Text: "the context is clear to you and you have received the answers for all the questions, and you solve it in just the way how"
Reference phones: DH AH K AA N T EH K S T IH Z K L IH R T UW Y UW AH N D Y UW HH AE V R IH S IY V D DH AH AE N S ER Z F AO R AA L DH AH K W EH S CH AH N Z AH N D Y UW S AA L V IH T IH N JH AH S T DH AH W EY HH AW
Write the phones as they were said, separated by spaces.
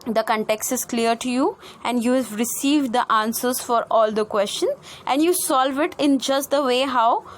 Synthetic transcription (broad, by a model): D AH K AA N T EH K S T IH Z K L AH R T UW Y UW AH N D Y UW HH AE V R IH S IY V D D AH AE N S ER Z F AO R AA L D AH K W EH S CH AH N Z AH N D Y UW S AA L V IH T IH N JH AH S T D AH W EY HH AW